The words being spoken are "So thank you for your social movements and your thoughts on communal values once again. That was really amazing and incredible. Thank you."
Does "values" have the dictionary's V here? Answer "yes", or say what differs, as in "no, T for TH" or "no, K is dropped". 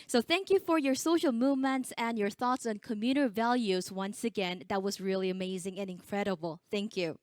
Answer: yes